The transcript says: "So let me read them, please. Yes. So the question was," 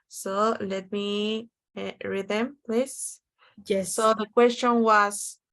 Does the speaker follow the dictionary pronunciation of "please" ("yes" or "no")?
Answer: no